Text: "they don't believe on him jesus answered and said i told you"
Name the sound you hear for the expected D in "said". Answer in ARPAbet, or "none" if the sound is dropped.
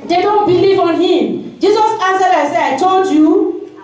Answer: none